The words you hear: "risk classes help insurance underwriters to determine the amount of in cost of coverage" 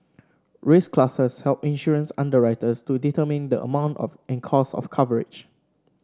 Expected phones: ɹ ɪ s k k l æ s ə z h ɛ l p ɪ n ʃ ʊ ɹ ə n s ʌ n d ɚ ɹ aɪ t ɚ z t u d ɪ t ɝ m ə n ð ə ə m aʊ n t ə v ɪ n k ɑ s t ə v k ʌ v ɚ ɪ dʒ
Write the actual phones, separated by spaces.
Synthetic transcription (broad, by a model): ɹ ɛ s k k l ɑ s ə s h ɛ l p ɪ n ʃ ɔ ɹ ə n s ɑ n d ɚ ɹ aɪ t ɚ s t u d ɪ t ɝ m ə n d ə ə m aʊ n t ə f ɪ n k ɑ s ə f k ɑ v ɚ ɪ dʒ